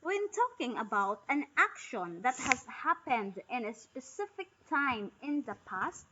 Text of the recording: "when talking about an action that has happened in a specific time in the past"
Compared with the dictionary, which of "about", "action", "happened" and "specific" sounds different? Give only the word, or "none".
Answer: none